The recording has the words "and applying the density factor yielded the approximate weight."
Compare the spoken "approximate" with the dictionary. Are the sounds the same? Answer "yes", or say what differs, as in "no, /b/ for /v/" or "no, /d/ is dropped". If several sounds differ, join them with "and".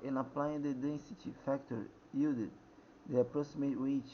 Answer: no, /k/ is dropped